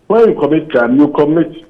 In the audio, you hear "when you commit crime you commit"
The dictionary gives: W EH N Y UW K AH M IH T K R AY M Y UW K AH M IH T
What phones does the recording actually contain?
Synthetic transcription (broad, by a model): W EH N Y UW K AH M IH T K AY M Y UW K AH M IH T